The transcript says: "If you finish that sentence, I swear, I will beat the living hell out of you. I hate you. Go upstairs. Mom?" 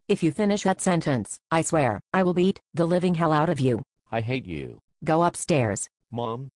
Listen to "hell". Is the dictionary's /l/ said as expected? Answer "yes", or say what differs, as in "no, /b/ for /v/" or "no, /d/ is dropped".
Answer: yes